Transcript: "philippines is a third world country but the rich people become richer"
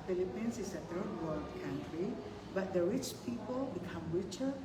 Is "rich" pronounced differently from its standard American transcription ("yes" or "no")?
no